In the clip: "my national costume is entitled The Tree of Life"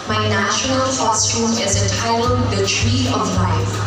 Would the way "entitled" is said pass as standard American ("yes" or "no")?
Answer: no